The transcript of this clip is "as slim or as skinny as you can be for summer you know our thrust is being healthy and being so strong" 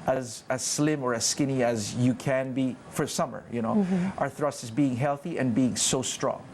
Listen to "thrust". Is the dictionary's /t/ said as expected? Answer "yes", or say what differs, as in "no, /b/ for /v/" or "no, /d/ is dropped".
yes